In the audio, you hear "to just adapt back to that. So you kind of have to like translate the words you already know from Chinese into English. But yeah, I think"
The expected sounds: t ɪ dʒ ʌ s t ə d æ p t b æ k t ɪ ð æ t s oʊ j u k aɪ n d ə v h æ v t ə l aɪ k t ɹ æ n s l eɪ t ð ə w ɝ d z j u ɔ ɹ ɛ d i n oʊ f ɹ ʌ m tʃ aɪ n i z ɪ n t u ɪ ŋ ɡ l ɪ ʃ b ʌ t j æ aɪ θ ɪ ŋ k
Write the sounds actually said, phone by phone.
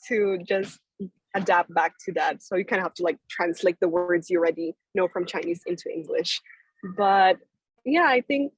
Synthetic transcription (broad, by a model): t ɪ dʒ ʌ s t ə d æ p t b æ k t ɪ ð æ t s oʊ j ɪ k aɪ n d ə h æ f t ə l aɪ k t ɹ æ n s l eɪ t ð ə w ɝ d z j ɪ ɹ ɛ d i n oʊ f ɹ ʌ m tʃ aɪ n i z ɪ n t u ɪ ŋ ɡ l ɪ ʃ b ʌ t j æ aɪ θ ɪ ŋ k